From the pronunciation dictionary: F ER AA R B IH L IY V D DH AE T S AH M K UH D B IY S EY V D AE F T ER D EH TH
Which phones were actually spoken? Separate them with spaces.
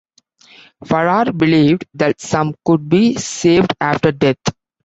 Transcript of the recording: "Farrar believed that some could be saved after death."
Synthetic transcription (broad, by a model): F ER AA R B IH L IY V D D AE T S AH M K UH D B IY S EY V D AE F T ER D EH T